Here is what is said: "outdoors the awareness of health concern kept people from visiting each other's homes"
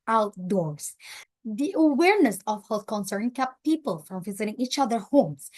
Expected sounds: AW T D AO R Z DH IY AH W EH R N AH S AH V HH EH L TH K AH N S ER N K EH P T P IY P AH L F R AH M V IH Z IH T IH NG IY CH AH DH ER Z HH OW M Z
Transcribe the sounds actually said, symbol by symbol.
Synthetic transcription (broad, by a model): AW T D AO R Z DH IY AH W EH R N AH S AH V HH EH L T K AH N S ER N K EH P P IY P AH L F R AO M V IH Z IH T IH NG IY CH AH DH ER HH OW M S